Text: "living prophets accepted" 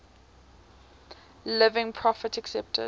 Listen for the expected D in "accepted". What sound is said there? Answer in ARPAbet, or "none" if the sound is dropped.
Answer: none